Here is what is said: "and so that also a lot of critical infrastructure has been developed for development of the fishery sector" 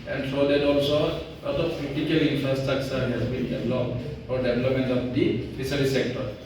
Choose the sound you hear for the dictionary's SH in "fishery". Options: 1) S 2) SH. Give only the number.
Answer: 1